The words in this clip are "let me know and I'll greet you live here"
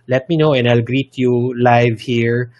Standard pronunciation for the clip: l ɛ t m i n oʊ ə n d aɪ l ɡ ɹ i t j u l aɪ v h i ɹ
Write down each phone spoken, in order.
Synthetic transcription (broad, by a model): l ɛ t m i n oʊ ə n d aɪ l ɡ ɹ i t j u l aɪ v h i ɹ